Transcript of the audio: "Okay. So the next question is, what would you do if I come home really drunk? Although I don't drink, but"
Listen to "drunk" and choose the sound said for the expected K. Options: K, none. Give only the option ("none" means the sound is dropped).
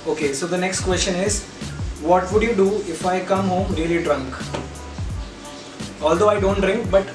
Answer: K